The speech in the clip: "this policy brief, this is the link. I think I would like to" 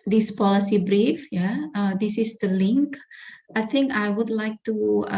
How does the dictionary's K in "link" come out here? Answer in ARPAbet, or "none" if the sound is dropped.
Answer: K